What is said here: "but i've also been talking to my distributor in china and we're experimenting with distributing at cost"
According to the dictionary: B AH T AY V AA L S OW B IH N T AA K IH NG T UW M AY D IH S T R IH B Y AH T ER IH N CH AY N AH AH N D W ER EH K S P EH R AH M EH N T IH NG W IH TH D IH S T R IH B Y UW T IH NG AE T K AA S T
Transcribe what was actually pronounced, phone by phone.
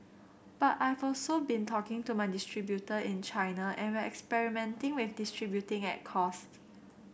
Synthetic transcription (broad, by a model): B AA T AY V AA L S OW B IH N T AA K IH NG T UW M AY D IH S T R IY B Y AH T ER IH N CH AY N AH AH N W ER EH K S P EH R AH M EH N T IH NG W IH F D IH S T R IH B Y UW T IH NG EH T K AA S T